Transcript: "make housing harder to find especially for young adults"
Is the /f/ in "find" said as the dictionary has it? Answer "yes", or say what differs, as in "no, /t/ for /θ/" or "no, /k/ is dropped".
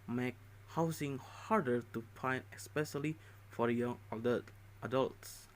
no, /p/ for /f/